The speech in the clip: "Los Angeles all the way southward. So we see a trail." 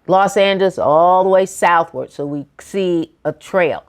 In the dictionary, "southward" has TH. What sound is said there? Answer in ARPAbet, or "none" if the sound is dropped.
TH